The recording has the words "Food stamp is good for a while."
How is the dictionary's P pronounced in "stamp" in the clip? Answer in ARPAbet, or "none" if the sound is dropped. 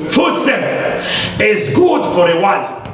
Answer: none